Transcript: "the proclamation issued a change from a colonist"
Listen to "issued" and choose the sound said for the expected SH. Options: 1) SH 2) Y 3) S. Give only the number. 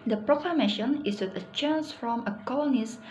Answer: 3